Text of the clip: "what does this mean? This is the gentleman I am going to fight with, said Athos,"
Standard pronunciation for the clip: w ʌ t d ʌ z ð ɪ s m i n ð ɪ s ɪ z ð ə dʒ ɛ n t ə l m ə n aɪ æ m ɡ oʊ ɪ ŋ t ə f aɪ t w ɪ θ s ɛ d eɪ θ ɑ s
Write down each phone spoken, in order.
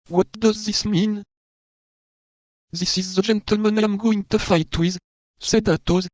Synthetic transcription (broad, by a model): w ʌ t d ʌ z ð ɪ s m i n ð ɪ s ɪ z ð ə dʒ ɛ n t ə l m ə n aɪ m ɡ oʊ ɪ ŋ t ə f aɪ t w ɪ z s ɛ d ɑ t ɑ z